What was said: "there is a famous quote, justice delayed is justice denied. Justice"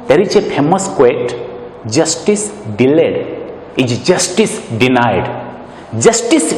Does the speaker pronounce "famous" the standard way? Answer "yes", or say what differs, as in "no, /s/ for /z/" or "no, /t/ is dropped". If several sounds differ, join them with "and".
no, /p/ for /f/